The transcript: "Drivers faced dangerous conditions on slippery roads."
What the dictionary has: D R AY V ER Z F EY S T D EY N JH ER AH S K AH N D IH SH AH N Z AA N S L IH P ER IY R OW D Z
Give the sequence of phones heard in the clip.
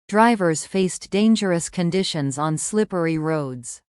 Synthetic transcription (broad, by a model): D R AY V ER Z F EY S D EY N JH ER AH S K AH N D IH SH AH N Z N S L IH P ER IY R OW D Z